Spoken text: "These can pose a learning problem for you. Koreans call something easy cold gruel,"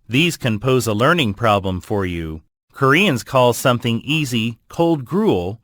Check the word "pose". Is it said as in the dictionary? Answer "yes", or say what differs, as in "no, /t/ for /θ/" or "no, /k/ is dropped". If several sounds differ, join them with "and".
yes